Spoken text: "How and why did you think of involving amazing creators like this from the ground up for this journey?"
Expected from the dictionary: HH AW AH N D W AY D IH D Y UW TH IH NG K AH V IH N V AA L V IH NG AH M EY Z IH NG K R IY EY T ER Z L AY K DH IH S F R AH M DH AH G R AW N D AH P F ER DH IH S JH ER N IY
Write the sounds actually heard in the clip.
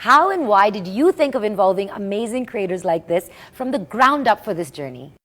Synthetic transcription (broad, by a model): HH AW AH N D W AY D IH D Y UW TH IH NG K AH V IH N V AA L V IH NG AH M EY Z IH NG K R IY EY T ER Z L AY K DH IH S F R AH M DH AH G R AW N D AH P F ER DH IH S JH ER N IY